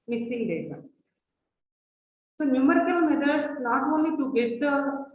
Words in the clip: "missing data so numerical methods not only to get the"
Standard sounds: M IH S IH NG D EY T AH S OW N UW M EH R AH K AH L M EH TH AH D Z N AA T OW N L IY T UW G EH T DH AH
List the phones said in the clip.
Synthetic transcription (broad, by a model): M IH S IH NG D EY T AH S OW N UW M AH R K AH N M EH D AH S N AA T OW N L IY T UW G EH T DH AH